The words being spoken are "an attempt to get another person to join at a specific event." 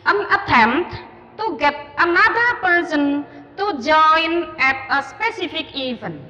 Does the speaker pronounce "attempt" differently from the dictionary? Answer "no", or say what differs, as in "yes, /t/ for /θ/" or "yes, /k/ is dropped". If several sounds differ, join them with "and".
yes, /p/ is dropped